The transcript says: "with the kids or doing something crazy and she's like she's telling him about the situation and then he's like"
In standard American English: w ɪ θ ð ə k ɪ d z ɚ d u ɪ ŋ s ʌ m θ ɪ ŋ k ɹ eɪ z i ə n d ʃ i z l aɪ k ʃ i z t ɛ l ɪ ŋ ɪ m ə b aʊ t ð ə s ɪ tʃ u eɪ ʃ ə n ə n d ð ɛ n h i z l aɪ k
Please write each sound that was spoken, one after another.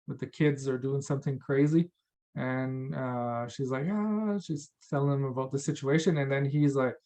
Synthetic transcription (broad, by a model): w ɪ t ð ə k ɪ d z ɚ d u ɪ ŋ s ʌ m θ ɪ ŋ k ɹ eɪ z i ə n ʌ ʃ i z l aɪ k ʃ i z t ɛ l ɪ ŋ ɪ m ə b aʊ t ð ə s ɪ tʃ u eɪ ʃ ə n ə n ð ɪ n i z l aɪ k